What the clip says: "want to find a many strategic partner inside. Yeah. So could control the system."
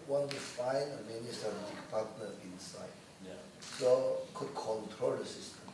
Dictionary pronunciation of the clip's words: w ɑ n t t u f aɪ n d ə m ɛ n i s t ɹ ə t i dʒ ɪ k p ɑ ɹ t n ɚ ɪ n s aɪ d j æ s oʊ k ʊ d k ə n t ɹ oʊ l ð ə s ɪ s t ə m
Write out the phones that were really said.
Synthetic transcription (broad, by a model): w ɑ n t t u f aɪ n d ə m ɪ n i s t ə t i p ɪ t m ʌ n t ɪ n s aɪ d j s oʊ k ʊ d k ə n t ɹ oʊ l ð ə s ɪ s t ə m